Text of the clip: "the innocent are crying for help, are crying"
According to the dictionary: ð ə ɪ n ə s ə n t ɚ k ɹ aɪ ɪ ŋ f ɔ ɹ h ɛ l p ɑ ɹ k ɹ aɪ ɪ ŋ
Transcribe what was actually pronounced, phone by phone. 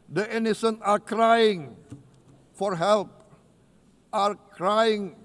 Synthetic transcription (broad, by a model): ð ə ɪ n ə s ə n ɑ k ɹ aɪ ɪ ŋ f ɔ ɹ h ɛ l p ɑ ɹ k ɹ aɪ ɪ ŋ